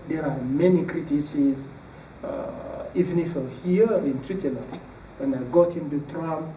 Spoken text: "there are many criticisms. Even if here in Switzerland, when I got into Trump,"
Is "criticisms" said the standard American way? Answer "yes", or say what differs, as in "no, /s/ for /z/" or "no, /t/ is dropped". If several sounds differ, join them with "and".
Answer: no, /m/ is dropped